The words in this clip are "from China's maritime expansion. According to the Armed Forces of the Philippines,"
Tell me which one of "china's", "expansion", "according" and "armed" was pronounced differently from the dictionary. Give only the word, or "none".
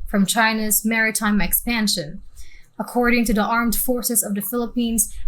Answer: none